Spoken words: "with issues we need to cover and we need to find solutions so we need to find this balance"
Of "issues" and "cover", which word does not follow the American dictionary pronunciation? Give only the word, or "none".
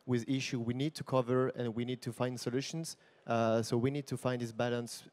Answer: issues